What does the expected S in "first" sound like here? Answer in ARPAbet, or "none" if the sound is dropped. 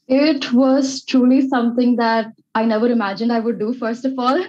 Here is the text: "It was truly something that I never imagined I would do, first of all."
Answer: S